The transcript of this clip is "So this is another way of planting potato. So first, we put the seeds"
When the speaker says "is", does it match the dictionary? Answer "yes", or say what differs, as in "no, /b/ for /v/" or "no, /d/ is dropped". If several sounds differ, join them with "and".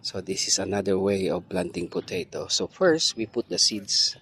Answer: no, /s/ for /z/